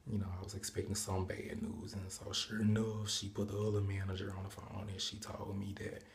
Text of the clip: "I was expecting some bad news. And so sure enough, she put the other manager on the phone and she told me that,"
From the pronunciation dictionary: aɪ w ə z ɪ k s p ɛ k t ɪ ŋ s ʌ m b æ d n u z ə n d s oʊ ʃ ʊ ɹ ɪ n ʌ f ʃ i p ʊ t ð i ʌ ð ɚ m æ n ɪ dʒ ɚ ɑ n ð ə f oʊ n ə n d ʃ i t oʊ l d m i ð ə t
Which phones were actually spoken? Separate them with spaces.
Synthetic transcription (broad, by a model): aɪ w ə z ɪ k s p ɛ k t ɪ ŋ s ʌ m b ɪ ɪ n u z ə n s oʊ ʃ ʊ ɹ ɪ n ʌ f ʃ i p ʊ t ð i ʌ ð ɚ m æ n ɪ dʒ ɚ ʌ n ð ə f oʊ ə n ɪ ʃ i t oʊ l d m i ð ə t